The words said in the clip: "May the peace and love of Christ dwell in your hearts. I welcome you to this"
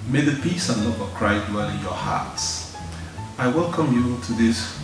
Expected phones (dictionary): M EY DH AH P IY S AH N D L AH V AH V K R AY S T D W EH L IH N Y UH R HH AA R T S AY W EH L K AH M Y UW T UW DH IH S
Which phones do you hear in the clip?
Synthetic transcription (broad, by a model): M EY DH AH P IY S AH N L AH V AH V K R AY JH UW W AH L IH N Y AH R HH AA R T S AY W EH L K AH M Y UW T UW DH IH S